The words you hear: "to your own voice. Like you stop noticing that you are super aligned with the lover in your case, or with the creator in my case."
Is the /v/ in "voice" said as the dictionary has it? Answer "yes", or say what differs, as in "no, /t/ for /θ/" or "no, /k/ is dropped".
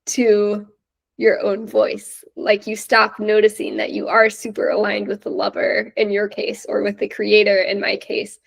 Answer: yes